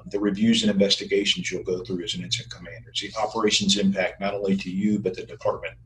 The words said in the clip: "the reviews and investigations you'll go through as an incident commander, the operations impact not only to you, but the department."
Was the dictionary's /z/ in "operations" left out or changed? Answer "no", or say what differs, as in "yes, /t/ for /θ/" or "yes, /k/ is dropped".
no